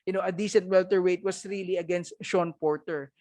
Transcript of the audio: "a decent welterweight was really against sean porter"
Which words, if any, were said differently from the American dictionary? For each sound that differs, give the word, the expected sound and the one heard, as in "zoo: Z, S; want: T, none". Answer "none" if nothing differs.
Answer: was: Z, S